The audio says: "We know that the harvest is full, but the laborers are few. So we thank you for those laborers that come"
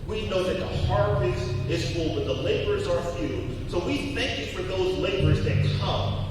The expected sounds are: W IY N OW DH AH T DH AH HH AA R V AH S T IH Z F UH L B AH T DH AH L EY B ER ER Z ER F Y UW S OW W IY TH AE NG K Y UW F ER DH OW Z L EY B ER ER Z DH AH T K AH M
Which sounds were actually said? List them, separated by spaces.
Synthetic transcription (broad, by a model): W IY N OW DH AH T DH AH HH AA R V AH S IH Z F UH L B AH T DH AH L EY B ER ER Z ER F Y UW S OW W IY TH AE NG K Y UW F ER DH OW Z L EY B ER ER Z DH AH T K AH M